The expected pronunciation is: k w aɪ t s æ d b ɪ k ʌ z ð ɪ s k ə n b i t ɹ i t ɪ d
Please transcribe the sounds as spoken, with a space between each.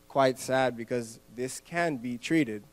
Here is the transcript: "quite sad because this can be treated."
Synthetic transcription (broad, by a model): k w aɪ t s æ d b ɪ k ʌ z ð ɪ s k ə n b i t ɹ i t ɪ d